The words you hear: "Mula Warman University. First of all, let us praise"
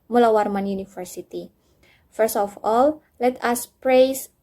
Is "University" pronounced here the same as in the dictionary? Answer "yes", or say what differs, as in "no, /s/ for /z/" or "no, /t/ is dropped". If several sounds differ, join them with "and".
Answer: no, /f/ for /v/